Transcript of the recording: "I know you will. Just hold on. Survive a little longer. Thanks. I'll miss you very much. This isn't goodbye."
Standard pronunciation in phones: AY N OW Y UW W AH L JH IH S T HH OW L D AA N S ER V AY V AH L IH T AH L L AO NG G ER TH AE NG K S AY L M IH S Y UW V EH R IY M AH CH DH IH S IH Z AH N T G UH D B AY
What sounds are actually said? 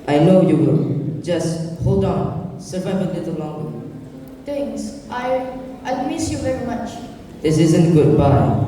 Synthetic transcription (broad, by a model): AY N OW Y UW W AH JH IH S T HH OW L D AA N S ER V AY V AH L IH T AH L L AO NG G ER T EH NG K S AY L M IH S Y UW V EH R IY M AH CH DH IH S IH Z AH N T G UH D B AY